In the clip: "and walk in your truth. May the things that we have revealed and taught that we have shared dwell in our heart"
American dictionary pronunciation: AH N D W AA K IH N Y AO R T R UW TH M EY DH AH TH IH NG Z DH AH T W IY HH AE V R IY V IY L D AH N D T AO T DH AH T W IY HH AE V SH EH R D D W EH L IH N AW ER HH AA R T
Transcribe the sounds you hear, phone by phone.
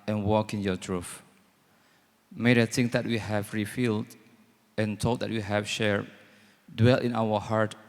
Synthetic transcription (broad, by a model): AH N W AA K IH N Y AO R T R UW F M EY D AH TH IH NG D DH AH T W IY HH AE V R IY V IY L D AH N T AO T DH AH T W IY HH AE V SH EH R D D W EH L IH N AW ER HH AA R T